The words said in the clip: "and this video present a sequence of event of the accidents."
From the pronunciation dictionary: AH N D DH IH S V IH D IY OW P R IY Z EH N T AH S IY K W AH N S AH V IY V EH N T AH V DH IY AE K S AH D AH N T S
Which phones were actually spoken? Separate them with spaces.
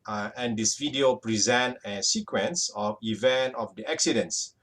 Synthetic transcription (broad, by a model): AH N D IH S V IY D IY OW P R IY Z EH N T AH S IY K W AH N S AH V IY V EH N T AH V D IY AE K S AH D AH N S